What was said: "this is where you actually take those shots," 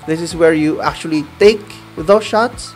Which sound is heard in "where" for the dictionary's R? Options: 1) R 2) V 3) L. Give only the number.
1